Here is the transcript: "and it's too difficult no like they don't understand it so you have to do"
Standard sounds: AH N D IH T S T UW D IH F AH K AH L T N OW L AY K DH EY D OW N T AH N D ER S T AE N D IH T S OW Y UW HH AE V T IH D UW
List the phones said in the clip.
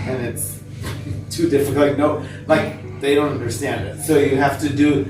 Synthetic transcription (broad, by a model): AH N IH T S T UW D IH F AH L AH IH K N OW L AY K DH EY D OW N T AH N D ER S T AE N D IH T S OW Y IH HH AE F T IH D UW